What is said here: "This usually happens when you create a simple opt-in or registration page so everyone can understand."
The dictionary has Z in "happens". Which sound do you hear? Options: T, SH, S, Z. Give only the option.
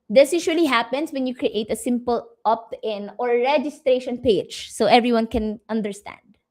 S